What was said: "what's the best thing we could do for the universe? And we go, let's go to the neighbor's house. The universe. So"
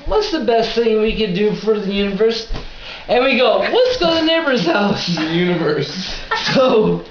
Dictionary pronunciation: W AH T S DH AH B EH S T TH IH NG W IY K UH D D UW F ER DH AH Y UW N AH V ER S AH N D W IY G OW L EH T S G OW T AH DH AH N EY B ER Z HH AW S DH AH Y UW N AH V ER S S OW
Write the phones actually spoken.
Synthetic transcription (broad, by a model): W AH T S DH AH B EH S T TH IH NG W IY K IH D D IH F ER DH AH Y UW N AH V ER S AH N W IY G OW W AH T S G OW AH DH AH N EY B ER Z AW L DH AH Y UW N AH V ER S S OW